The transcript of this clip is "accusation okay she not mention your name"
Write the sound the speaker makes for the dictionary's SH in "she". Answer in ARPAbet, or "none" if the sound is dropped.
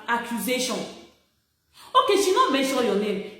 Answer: S